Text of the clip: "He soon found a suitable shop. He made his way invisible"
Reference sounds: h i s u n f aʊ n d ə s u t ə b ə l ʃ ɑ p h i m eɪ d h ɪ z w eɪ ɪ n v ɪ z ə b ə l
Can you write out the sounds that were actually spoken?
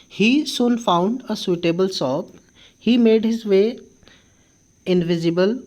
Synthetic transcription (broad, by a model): h i s u n f aʊ n d ə s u t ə b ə l s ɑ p h i m eɪ d h ɪ z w eɪ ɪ n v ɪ z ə b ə l